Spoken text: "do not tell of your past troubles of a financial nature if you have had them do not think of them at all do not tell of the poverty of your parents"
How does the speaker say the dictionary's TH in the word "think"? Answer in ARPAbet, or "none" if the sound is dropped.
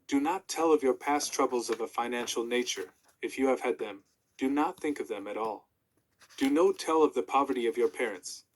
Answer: TH